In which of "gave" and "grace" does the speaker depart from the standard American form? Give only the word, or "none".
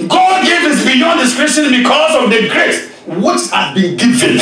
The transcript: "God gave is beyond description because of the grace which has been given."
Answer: none